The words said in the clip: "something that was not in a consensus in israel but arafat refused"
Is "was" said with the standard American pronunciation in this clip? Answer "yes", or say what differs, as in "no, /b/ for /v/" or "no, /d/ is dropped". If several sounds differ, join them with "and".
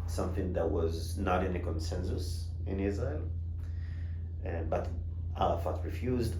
yes